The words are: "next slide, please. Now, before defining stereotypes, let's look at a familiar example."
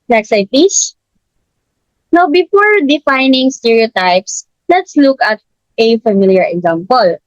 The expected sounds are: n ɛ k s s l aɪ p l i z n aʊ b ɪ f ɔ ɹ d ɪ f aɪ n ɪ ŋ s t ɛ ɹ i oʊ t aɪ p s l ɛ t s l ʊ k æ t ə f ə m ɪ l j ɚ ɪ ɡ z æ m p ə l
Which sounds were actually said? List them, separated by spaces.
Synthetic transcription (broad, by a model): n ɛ k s s aɪ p i s n aʊ b ɪ f ɔ ɹ d ɪ f aɪ n ɪ ŋ s t ɛ ɹ i oʊ t aɪ p s l ɛ t s l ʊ k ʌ t ə f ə m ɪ l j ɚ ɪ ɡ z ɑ m p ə l